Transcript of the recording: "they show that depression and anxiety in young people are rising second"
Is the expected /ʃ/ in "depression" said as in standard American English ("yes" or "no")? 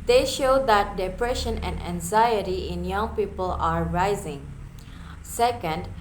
yes